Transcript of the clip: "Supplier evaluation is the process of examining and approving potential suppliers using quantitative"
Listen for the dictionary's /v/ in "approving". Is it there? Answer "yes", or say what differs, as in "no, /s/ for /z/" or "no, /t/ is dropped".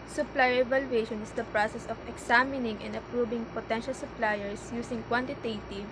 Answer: no, /b/ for /v/